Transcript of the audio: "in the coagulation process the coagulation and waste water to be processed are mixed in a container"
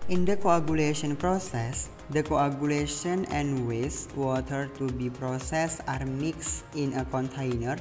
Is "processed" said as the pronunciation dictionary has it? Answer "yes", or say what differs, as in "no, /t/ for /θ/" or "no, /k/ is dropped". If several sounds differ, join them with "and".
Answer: no, /t/ is dropped